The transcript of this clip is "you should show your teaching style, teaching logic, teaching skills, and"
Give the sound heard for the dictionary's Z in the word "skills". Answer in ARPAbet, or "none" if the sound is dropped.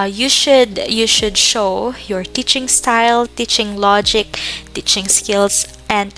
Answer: S